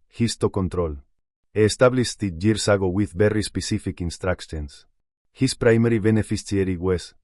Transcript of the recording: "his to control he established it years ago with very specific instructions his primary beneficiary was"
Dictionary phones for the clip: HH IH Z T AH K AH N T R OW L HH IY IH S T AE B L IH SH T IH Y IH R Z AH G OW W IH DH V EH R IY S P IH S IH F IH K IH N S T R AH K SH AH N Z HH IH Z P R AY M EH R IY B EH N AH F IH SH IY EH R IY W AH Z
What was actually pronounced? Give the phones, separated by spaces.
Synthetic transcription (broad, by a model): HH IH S T AH K AH N T R OW L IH S T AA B L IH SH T IH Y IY R S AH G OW W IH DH B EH R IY S P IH S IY F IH K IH N S T R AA K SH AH N S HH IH S P R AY M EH R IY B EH N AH F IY S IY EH R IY W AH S